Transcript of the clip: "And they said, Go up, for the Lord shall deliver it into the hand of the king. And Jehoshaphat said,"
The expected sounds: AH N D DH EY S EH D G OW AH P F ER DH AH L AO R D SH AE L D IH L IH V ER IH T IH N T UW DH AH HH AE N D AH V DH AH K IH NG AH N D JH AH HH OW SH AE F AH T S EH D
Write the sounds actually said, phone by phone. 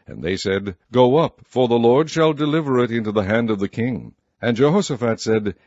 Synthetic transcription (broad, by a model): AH N DH EY S EH D G OW AH P F ER DH AH L AO R D SH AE L D IH L IH V ER IH T IH N T UW DH AH HH AE N D AH V DH AH K IH NG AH N JH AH HH OW S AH F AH T S EH D